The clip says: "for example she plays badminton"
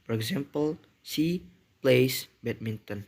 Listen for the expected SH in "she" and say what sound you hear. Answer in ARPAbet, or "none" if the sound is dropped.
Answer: S